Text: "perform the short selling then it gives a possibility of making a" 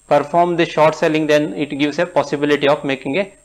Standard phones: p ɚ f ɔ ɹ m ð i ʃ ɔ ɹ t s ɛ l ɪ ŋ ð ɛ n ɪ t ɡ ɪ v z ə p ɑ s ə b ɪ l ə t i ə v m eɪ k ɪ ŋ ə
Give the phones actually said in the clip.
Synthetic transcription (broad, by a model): p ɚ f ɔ ɹ m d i ʃ ɔ ɹ t s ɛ l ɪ ŋ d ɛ n ɪ t ɡ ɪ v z ə p ɑ s ə b ɪ l ə t i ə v m eɪ k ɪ ŋ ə